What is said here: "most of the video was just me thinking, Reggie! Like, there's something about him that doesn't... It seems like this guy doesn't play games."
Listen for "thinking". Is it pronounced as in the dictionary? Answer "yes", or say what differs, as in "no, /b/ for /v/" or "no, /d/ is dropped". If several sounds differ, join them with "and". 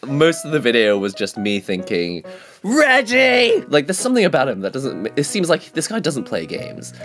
yes